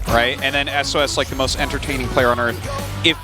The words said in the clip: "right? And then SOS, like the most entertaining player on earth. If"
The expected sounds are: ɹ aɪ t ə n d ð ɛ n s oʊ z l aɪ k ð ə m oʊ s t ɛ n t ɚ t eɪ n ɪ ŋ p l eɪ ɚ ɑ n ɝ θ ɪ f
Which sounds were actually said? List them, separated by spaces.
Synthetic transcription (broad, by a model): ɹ aɪ t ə n ð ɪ n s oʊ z l aɪ k ð ə m oʊ s t ɛ n t ɚ t eɪ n ɪ ŋ p l eɪ ɚ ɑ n ɝ θ ɪ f